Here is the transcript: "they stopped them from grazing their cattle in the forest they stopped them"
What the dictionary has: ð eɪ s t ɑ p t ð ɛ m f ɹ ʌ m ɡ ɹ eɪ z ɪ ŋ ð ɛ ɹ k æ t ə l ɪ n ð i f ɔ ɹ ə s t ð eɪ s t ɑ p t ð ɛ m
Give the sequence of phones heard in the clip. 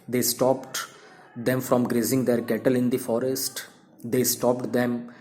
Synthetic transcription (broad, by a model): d eɪ s t ɑ p t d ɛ m f ɹ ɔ m ɡ ɹ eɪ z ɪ ŋ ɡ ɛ ɹ k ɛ t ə l ɪ n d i f ɔ ɹ ə s t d eɪ s t ɑ p t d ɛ m